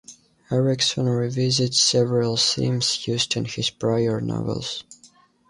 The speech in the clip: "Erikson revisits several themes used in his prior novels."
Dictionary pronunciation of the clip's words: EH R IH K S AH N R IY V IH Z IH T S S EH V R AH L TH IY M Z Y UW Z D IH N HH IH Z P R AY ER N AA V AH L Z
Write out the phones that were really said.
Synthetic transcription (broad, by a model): EH R IH K S AH N R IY V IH Z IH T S S EH V R AH L S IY M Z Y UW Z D IH N HH IH Z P R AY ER N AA V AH L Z